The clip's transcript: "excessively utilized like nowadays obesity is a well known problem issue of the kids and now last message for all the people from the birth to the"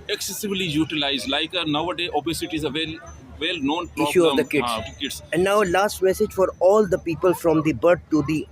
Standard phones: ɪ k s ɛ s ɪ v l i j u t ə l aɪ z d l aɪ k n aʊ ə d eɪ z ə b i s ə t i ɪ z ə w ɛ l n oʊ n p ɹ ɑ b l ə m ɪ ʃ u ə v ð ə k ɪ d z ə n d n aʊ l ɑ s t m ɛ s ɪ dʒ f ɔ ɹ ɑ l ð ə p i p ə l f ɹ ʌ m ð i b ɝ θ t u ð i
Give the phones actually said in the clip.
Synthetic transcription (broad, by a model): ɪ k s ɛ s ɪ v l i j u t ə l aɪ z d l aɪ k n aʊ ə d eɪ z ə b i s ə t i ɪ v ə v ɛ l n oʊ n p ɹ ɪ ʃ u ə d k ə k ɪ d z ə n d n aʊ l ɑ s t m ɛ s ɪ dʒ f ɔ ɹ ɑ l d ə p i p ə l f ɹ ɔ m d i b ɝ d t u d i